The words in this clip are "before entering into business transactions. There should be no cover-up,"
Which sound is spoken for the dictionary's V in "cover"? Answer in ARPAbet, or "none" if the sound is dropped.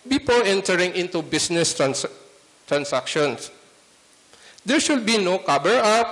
B